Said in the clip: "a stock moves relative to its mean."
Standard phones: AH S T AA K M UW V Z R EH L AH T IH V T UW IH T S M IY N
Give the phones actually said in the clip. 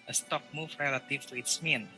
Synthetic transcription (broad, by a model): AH S T AA K M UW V R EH L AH T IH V T UW IH T S M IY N